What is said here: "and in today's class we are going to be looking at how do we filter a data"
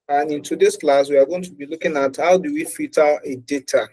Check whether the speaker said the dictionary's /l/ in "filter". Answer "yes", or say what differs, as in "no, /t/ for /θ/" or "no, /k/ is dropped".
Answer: no, /l/ is dropped